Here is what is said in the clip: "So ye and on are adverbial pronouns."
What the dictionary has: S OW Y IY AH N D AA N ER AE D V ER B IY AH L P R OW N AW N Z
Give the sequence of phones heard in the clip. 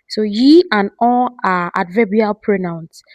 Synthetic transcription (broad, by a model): S OW Y IY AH N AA L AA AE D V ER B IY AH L P R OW N AW N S